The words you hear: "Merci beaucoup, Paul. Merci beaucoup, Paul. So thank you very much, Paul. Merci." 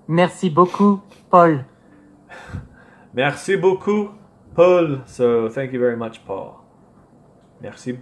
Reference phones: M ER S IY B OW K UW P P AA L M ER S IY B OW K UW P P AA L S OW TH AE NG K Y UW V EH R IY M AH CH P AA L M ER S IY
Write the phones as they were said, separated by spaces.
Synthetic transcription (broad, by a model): M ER S IY B OW K UW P P AA L M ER S IY B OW K UW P P AA L S OW TH AE NG K Y UW V EH R IY M AH CH P AA L M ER S IY